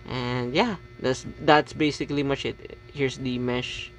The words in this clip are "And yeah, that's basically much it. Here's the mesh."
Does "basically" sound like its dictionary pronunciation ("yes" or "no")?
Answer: yes